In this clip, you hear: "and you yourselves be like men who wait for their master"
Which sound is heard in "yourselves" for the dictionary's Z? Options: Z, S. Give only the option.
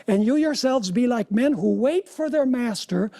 Z